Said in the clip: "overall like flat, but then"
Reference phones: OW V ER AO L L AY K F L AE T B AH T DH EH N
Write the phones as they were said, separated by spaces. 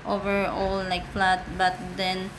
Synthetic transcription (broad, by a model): OW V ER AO L L AY K P L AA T B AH T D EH N